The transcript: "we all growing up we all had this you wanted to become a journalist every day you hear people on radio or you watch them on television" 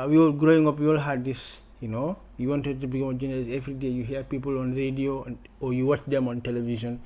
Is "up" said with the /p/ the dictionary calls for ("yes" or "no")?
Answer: yes